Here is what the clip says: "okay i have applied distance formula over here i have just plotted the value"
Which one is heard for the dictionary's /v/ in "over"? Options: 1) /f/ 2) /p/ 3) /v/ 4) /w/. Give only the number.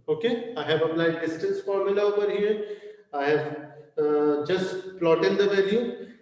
2